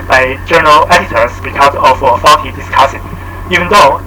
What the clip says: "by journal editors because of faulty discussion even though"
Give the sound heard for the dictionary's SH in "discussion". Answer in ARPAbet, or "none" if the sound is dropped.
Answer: S